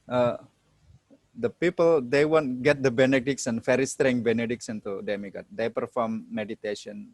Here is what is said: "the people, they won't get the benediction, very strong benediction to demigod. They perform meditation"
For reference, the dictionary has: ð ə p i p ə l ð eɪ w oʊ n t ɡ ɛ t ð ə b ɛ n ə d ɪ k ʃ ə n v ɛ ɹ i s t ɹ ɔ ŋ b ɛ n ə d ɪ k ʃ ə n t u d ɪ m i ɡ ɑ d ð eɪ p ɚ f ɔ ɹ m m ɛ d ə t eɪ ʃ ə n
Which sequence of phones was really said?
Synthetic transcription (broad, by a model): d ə p i p ə l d eɪ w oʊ n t ɡ ɛ t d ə b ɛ n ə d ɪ k s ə n f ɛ ɹ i s t ɹ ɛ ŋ b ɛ n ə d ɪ k s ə n t u d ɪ m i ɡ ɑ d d eɪ p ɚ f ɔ ɹ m m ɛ d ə t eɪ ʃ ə n